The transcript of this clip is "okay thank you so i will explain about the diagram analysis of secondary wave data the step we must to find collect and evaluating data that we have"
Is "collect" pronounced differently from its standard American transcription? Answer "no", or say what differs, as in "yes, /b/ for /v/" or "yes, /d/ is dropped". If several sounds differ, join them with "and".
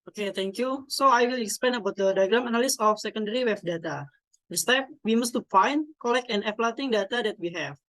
yes, /t/ is dropped